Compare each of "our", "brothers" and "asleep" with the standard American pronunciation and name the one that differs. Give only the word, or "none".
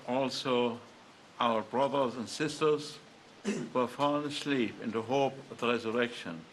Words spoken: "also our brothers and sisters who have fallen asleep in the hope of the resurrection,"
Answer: none